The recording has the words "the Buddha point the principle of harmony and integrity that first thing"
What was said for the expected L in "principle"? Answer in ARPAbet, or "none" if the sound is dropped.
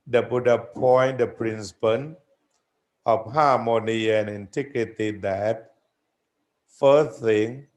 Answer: N